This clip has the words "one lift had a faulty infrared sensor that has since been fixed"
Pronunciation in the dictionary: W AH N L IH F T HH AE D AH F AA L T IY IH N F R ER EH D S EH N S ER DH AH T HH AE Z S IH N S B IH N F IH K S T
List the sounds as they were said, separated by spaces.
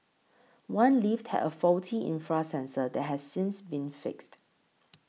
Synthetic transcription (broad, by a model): W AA N L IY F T HH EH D AH F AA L T IY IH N F R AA S EH N S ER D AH T HH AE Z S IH N S B IH N F IH K S T